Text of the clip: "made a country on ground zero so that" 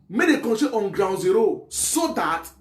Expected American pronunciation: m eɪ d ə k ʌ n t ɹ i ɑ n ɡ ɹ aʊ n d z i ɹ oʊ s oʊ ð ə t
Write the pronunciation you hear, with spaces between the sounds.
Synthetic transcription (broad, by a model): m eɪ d ə k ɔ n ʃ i ɑ n ɡ ɹ aʊ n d z i ɹ oʊ s oʊ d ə t